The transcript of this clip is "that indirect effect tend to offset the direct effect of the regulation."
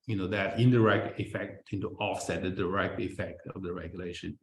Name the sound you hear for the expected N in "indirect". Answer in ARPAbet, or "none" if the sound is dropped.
N